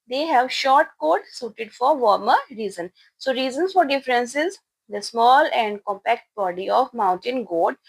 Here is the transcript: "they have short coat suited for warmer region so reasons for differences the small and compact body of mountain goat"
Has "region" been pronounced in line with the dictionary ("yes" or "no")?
no